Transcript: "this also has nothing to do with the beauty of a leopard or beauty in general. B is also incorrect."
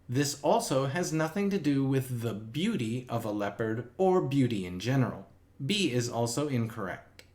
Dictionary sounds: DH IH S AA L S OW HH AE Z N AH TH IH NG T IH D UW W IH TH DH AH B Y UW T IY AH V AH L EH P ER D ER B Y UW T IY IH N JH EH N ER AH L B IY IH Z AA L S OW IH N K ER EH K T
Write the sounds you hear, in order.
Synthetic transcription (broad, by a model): DH IH S AA L S OW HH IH Z N AH TH IH NG T IH D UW W IH DH AH B Y UW T IY AH V AH L EH P ER D ER B Y UW T IY IH N JH EH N ER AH L B IY IH Z AA L S OW IH N K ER EH K T